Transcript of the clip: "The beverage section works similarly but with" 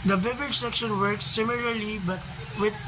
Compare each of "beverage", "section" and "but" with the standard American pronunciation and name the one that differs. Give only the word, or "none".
beverage